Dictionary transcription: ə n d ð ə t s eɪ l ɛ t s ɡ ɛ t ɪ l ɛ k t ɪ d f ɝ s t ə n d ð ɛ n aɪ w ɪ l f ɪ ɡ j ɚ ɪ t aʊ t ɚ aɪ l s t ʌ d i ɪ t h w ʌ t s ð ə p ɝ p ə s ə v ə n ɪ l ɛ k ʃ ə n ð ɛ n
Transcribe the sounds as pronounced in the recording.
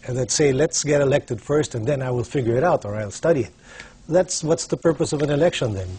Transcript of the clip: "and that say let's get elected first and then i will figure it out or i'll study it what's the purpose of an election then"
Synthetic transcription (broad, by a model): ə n ð ə t s eɪ l ɛ t s ɡ ɛ t ɪ l ɛ k t ɪ d f ɝ s t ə n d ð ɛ n aɪ w ɪ l f ɪ ɡ j ɚ ɪ t aʊ t ɚ aɪ l s t ʌ d i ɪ t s w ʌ t s ð ə p ɝ p ə s ə v ə n ɪ l ɛ k ʃ ə n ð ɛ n